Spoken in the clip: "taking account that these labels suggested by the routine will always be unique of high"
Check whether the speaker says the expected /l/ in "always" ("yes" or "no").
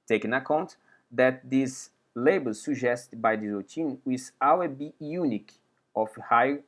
no